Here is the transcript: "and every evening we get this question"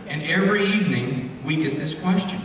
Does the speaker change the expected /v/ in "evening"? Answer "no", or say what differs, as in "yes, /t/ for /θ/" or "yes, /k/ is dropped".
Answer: no